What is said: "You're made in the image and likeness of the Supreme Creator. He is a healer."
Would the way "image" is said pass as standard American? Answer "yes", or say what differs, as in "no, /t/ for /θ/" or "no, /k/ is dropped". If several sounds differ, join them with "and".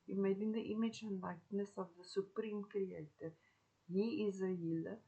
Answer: yes